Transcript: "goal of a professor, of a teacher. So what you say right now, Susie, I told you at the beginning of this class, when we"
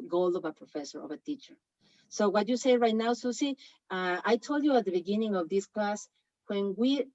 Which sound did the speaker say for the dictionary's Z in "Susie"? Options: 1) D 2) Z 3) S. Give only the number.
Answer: 3